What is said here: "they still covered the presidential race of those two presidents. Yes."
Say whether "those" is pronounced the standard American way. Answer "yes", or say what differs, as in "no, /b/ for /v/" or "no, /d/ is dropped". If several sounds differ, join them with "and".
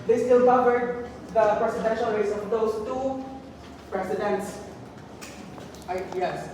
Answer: no, /s/ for /z/